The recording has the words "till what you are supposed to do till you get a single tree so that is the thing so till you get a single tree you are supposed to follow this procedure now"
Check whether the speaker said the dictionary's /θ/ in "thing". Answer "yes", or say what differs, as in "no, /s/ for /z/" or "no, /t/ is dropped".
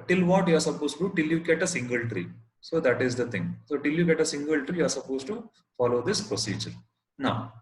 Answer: no, /t/ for /θ/